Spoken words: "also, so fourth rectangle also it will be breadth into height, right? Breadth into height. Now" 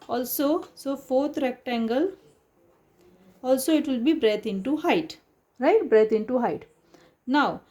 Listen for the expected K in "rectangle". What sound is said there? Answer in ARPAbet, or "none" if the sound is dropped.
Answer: K